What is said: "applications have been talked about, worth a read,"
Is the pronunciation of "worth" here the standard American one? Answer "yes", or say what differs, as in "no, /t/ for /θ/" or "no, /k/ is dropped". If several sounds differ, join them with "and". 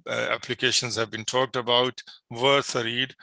no, /s/ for /θ/